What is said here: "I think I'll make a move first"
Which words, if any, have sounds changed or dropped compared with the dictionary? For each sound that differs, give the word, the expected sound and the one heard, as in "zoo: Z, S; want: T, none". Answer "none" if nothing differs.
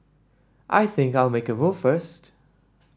none